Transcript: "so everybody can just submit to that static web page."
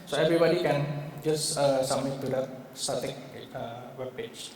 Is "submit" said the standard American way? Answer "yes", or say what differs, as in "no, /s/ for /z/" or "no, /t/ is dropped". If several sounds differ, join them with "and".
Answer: no, /b/ is dropped